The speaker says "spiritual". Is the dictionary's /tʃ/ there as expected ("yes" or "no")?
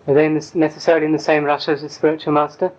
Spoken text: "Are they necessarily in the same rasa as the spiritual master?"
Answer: yes